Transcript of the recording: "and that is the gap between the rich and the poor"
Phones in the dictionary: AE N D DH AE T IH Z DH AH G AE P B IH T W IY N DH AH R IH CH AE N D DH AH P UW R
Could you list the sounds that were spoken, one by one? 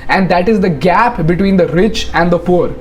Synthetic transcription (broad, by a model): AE N D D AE T IH Z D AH G AE P B IH T W IY N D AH R IH CH AE N D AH P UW R